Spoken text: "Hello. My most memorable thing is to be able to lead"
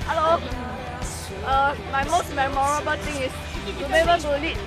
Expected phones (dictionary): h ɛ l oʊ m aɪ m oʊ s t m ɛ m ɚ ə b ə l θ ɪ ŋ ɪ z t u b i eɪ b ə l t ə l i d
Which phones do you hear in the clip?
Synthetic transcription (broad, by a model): h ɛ l oʊ m aɪ m oʊ s t m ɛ m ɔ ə b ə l t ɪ ŋ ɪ s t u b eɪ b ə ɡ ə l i